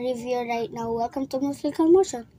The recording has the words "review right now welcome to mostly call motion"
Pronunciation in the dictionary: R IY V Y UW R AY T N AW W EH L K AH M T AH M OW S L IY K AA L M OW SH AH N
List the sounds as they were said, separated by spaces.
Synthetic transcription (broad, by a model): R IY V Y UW R AY T N AW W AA K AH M T AH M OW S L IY K AA L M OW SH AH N